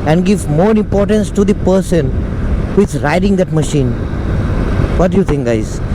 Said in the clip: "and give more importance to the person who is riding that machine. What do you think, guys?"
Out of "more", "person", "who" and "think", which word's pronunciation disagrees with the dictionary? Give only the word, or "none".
think